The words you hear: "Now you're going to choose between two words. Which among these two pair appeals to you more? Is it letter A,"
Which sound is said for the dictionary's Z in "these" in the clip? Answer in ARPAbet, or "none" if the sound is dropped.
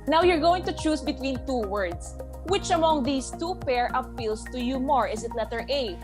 S